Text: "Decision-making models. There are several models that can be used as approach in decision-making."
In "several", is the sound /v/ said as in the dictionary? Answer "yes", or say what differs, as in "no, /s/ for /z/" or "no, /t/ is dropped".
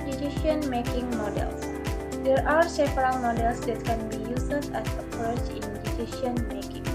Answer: no, /f/ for /v/